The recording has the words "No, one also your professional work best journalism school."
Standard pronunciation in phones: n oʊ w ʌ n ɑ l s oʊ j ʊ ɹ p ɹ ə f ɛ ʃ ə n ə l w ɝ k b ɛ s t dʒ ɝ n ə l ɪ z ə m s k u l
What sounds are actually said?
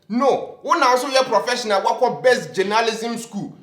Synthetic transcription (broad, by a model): n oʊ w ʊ n ɑ w s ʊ j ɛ p ɹ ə f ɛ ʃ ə n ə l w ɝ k b ɛ s t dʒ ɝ n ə l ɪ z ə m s k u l